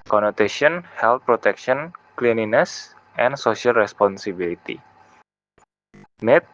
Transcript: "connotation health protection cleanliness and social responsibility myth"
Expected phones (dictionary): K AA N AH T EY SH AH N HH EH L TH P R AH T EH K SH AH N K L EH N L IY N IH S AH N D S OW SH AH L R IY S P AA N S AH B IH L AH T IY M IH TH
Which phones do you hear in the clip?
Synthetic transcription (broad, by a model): K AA N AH T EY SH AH N HH EH L T P R AH T EH K SH AH N K L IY N IY N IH S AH N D S OW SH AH L R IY S P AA N S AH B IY L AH T IY M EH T